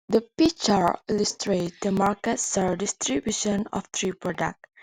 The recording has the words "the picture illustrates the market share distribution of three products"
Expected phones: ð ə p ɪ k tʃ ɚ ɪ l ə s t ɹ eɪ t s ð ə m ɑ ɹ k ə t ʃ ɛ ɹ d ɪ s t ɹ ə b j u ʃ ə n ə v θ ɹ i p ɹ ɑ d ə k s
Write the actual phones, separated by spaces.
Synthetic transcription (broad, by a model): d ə p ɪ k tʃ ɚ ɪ l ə s t ɹ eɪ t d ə m ɑ ɹ k ə t s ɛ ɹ d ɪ s t ɹ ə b j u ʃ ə n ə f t ɹ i p ɹ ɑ d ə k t